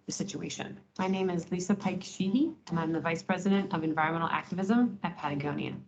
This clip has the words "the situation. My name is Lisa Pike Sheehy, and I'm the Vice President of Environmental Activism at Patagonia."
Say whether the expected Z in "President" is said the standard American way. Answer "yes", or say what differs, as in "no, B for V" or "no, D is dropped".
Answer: yes